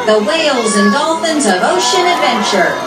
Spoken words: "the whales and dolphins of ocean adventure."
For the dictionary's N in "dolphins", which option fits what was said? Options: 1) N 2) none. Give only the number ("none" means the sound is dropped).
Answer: 1